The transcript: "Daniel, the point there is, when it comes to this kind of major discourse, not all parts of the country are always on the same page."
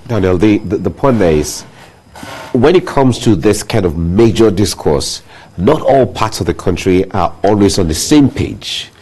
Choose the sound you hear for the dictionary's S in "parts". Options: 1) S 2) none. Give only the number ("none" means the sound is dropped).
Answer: 1